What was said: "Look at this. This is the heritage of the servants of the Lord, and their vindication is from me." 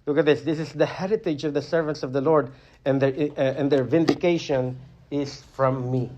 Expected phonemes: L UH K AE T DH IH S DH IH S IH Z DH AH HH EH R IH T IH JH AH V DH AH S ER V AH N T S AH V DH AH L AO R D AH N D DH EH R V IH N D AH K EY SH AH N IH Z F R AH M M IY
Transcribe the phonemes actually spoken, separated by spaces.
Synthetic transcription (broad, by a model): L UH K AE T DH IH S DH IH S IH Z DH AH HH EH R IH T IH JH AH V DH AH S ER V AH N T S AH V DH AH L AO R D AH N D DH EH R V IH N D AH K EY SH AH N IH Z F R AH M M IY